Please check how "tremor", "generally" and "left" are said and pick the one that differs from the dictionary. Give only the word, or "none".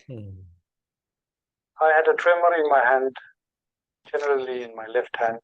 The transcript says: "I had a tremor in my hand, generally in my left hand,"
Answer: none